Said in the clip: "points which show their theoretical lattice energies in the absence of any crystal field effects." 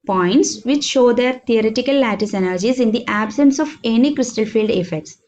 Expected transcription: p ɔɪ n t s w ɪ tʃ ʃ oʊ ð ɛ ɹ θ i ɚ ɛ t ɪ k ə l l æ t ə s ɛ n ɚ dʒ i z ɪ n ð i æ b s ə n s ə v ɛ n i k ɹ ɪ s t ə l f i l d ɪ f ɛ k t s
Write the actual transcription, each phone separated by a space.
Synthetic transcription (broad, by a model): p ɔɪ n t s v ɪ tʃ ʃ oʊ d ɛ ɹ t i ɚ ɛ t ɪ k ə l l æ t ə s ɛ n ɚ dʒ i z ɪ n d i æ b s ə n s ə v ɛ n i k ɹ ɪ s t ə l f i l d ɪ f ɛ k t s